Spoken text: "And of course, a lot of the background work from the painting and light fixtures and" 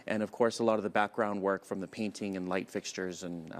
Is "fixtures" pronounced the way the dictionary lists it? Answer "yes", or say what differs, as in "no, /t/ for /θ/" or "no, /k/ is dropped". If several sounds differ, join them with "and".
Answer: yes